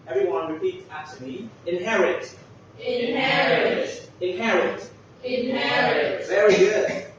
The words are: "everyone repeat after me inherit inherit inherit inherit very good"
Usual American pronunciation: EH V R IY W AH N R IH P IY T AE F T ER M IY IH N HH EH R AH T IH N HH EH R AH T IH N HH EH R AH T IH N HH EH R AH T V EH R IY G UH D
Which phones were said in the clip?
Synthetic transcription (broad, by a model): EH V R IY W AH N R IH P IY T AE T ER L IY IH N HH EH R AH T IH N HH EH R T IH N HH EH R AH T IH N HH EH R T V EH R IY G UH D